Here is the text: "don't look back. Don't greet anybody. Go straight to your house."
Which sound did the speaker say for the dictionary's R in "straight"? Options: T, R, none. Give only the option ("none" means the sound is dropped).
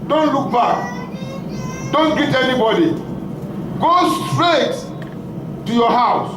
R